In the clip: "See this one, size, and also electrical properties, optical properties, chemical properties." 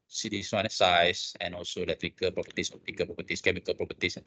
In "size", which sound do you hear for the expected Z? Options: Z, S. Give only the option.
S